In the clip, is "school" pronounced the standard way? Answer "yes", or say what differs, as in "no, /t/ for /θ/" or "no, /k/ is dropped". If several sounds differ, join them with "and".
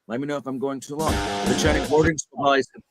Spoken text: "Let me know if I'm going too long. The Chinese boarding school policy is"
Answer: no, /k/ is dropped